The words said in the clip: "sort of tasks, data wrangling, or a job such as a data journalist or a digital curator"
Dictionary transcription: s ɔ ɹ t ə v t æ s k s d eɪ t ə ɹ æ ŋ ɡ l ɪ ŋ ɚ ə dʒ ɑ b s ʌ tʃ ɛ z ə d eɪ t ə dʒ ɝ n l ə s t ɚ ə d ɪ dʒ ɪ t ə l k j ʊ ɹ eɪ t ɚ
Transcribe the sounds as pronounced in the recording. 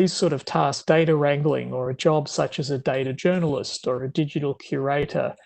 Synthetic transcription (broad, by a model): s ɔ ɹ t ə v t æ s s d eɪ t ə ɹ æ ŋ ɡ l ɪ ŋ ɚ ə dʒ ɑ b s ʌ tʃ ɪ z ə d eɪ t ə dʒ ɝ n l ə s t ɚ ə d ɪ dʒ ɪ t l k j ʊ ɹ eɪ t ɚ